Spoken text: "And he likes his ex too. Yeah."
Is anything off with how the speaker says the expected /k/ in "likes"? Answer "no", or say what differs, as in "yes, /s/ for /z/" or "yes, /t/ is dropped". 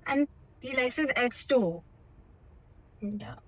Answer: yes, /k/ is dropped